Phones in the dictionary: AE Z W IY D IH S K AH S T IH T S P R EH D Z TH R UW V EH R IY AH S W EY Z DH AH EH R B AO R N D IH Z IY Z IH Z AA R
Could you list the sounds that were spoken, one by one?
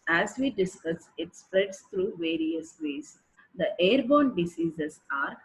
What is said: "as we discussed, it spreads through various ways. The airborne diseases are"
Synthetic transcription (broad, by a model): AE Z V IY D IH S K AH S IH T S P R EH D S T R UW V EH R IY AH S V EY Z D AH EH R B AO N D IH S IY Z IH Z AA R